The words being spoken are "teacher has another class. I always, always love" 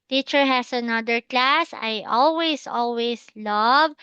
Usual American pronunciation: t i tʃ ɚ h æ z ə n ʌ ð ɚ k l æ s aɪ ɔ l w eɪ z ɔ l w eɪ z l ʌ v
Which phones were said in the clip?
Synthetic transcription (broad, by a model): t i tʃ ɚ h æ s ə n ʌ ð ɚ k l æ s aɪ ɔ l w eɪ s ɔ l w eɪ s l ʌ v